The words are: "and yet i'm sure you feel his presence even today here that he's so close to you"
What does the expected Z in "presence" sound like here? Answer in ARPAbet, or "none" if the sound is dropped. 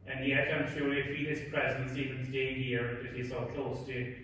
Z